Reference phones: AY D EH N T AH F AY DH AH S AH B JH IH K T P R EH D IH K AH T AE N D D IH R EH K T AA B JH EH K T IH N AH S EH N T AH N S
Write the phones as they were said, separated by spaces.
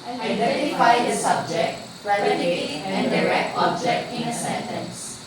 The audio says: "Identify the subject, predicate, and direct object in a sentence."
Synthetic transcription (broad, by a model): AY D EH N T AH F AY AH S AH B JH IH K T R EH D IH AH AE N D D IH R EH K T AA B JH EH K T IH N AH S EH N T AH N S